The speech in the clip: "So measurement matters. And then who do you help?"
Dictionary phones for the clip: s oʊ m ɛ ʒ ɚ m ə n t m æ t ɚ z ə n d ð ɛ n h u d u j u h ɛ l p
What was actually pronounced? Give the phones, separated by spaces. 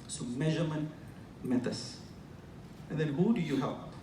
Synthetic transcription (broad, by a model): s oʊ m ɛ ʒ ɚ m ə n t m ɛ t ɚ s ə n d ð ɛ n h u d u j u h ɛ l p